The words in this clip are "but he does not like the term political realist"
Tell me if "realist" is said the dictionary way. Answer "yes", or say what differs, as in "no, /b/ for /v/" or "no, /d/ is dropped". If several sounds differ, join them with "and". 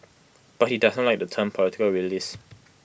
no, /t/ is dropped